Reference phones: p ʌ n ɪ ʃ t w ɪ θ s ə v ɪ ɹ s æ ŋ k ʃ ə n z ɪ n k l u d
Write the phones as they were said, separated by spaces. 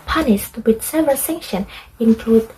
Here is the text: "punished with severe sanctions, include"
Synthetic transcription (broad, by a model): p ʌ n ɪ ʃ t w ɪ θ s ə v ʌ l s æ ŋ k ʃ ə n ɪ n k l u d